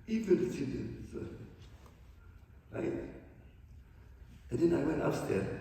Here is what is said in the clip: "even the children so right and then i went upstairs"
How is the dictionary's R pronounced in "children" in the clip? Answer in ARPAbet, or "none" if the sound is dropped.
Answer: none